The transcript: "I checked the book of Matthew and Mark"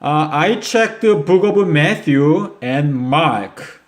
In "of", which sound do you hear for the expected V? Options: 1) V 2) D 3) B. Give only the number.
3